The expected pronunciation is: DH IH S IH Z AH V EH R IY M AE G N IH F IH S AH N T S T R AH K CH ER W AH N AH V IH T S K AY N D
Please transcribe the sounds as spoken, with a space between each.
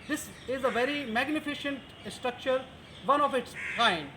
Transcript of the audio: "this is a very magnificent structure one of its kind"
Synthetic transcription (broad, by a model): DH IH S IH Z AH V EH R IY M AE G N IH F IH SH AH N T S T R AH K CH ER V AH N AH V IH T S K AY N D